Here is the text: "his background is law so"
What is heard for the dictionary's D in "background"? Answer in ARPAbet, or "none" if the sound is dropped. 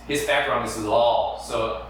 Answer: none